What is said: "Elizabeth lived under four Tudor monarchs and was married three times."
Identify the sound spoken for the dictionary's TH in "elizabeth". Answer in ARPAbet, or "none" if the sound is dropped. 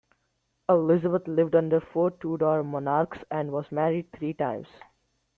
T